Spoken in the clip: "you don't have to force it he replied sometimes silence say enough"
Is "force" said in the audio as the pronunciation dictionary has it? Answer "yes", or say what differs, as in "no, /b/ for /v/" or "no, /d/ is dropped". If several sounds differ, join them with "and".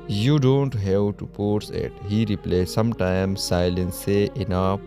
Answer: no, /p/ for /f/